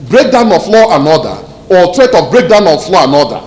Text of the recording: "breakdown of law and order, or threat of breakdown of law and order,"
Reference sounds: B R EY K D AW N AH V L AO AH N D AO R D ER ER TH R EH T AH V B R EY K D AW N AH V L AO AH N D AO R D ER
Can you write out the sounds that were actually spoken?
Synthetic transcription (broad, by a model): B R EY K D AW N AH F L AO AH N AO D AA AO T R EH T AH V B R EY K D AW N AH F L AO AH N AO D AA